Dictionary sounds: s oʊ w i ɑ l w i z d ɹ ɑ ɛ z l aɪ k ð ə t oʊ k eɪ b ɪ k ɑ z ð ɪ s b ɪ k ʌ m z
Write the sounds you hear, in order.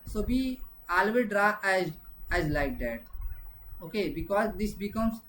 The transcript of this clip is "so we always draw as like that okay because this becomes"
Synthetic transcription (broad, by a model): s oʊ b i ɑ l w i d ɹ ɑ ɛ z l aɪ k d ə t oʊ k eɪ b ɪ k ɑ z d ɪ s b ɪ k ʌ m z